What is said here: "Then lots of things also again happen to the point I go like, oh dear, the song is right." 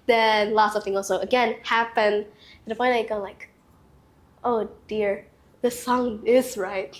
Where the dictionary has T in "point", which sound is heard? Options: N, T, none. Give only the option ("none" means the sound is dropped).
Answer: none